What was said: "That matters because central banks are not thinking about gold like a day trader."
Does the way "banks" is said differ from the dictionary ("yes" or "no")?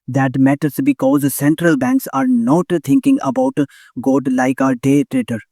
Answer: no